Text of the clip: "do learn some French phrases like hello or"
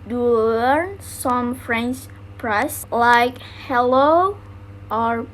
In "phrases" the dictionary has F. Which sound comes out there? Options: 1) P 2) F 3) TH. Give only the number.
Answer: 1